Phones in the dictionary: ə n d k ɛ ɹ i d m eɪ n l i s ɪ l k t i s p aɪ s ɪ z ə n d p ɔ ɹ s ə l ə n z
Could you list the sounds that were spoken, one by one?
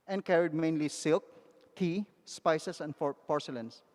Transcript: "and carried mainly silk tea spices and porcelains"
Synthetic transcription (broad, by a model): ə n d k ɛ ɹ i d m eɪ n l i s ɪ l k t i s p aɪ s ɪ s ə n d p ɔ ɹ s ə l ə n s